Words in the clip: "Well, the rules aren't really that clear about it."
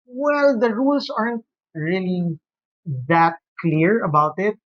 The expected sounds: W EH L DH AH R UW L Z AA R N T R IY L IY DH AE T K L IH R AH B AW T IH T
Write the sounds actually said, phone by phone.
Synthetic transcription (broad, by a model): W EH L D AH R UW L S AA R N T R IY L IY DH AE T K L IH R AH B AW T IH T